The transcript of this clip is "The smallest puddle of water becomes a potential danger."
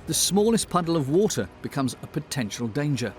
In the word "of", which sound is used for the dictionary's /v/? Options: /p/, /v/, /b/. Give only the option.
/v/